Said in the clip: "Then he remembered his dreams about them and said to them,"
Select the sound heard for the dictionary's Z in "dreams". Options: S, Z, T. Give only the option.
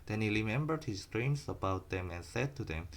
S